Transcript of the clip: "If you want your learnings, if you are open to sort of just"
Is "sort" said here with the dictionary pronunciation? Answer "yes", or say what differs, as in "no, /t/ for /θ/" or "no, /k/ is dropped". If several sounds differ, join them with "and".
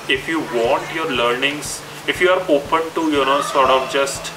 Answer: yes